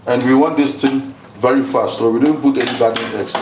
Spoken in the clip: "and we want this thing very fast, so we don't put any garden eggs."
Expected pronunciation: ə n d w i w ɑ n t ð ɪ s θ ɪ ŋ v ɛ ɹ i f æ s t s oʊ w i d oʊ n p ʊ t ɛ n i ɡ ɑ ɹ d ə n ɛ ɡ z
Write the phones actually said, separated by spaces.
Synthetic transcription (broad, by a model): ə n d w i w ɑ n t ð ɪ s t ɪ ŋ v ɛ ɹ i f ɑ s t s oʊ w i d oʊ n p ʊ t ɛ n i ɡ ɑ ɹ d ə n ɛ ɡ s